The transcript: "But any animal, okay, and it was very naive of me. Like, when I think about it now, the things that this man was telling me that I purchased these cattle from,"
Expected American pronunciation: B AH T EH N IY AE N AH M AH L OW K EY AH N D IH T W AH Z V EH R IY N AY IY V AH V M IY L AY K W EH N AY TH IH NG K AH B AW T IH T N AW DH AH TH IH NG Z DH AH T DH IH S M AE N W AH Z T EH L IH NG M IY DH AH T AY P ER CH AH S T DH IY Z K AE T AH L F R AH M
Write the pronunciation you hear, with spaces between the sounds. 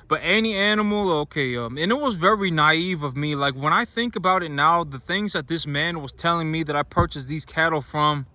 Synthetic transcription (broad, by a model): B AH T EH N IY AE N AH M L OW K EY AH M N IH T W AH Z V EH R IY N AY IY V AH V M IY L AY K W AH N AY TH IH NG K AH B AW T IH T N AW DH AH TH IH NG Z DH AH T DH IH S M AE N W AH Z T EH L IH NG M IY DH AH T AY P ER CH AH S DH IY Z K AE T L F R AH M